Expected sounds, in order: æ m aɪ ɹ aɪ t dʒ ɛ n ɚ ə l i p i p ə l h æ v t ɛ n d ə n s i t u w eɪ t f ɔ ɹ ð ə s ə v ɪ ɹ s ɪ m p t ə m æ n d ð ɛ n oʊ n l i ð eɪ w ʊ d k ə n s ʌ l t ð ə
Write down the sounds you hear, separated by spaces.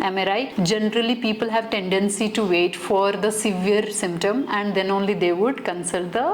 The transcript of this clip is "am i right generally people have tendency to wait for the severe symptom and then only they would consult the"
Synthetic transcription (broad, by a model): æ m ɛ ɹ aɪ dʒ ɛ n ɚ ə l i p i p ə l h æ v t ɛ n d ə n s i t u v eɪ t f ɔ ɹ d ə s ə v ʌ ɹ s ɪ m p t ə m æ n d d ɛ n oʊ n l i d eɪ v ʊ d k ə n s ʌ l t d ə